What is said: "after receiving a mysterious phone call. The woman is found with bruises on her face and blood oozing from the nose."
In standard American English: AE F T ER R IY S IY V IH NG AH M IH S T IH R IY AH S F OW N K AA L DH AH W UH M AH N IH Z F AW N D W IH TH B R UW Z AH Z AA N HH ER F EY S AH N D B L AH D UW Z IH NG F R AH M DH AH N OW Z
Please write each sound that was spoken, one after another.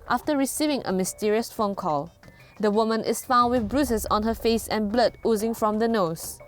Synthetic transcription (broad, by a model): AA F T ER R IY S IY V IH NG AH M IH S T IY R IY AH S F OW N K AA L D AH W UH M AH N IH S F AW N D W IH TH B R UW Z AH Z AA N HH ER F EY S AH N B L AH D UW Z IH NG F R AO M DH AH N OW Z